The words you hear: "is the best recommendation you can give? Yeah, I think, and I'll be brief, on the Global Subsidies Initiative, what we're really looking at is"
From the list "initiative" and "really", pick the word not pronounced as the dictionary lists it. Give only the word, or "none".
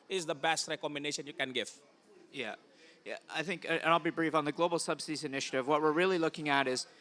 none